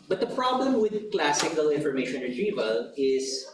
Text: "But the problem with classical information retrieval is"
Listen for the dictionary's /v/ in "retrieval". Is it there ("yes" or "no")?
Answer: yes